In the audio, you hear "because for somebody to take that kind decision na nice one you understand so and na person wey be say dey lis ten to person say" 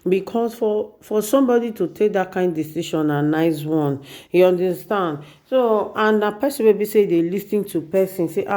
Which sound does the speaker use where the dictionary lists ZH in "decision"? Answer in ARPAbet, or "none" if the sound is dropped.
SH